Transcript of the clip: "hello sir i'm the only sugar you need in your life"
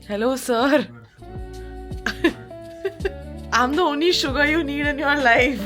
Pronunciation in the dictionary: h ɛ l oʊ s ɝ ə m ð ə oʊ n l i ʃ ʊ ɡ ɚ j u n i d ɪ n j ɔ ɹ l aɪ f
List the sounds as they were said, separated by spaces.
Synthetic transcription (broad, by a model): h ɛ l oʊ s ɝ ə m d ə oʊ n i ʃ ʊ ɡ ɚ j u n i d ɪ n j ɔ ɹ l aɪ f